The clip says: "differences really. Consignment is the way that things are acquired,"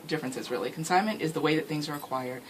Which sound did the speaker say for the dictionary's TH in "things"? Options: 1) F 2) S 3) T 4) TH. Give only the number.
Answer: 4